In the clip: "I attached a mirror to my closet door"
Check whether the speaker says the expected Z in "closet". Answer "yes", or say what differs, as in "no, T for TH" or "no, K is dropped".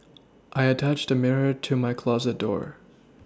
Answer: yes